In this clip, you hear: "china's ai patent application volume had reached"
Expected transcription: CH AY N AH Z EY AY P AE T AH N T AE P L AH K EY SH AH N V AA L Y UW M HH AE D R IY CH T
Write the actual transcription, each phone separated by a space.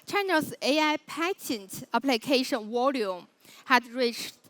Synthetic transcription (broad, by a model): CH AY N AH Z EY AY P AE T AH N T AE P L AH K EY SH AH N W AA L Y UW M HH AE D R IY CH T